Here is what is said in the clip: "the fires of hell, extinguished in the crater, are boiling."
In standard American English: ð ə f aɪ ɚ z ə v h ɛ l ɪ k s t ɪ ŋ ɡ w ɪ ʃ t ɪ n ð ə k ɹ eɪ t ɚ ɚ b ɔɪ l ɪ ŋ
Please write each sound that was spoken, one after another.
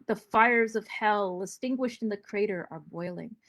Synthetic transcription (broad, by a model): ð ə f aɪ ɚ z ə v h ɛ l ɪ s t ɪ ŋ ɡ w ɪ ʃ t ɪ n ð ə k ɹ eɪ t ɚ ɚ b ɔɪ l ɪ ŋ